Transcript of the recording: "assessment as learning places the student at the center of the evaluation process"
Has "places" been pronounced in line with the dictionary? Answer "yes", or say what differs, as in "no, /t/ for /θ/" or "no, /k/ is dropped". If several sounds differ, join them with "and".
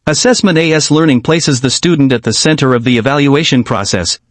yes